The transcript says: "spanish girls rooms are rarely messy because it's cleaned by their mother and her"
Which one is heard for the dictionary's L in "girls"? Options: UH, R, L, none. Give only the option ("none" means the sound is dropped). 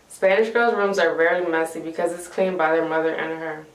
L